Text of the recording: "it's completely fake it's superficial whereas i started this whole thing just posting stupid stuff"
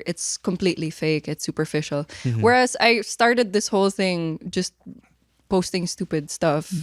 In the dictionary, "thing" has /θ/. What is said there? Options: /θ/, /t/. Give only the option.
/θ/